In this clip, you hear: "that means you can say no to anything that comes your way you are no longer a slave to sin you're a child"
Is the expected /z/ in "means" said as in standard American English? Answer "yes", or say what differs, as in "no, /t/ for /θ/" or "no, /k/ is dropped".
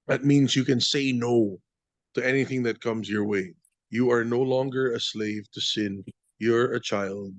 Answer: yes